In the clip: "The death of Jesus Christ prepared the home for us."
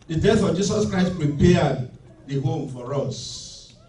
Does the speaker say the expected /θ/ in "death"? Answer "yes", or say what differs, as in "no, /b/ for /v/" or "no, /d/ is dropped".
no, /f/ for /θ/